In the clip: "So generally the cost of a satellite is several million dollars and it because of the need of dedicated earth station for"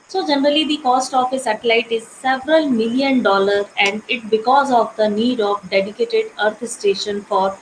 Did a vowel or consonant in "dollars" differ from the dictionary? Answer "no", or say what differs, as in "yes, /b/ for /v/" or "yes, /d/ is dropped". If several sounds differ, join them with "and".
yes, /z/ is dropped